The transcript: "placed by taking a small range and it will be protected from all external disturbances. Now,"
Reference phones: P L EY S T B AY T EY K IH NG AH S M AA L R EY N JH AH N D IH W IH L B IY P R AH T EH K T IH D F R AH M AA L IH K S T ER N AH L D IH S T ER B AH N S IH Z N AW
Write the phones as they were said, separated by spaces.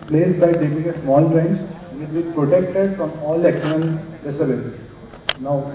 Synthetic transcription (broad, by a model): P L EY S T B AY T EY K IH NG AH S M AA L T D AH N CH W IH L B IY P R AH T EH K T IH D F R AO M AA L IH K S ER L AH N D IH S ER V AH S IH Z N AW